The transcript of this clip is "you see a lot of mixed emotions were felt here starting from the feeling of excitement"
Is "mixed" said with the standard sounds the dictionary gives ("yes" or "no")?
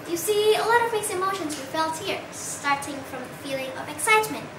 no